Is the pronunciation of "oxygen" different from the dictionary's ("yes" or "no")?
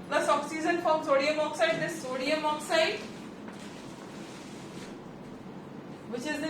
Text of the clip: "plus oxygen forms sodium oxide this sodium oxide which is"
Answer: yes